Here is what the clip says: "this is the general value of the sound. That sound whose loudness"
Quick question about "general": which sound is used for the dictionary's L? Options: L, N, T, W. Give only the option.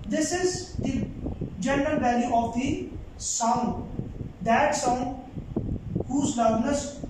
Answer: L